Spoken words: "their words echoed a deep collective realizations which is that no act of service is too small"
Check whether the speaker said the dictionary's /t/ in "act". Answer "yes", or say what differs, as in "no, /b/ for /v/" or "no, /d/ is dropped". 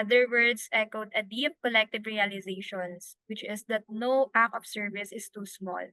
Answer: no, /t/ is dropped